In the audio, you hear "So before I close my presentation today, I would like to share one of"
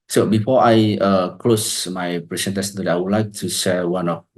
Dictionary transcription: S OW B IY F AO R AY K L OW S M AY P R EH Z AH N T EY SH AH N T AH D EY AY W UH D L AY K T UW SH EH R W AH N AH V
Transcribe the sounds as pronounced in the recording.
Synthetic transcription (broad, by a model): S OW B IY F AO AY K L OW S M AY P R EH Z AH N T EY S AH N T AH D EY AY W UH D L AY K T UW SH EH L W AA N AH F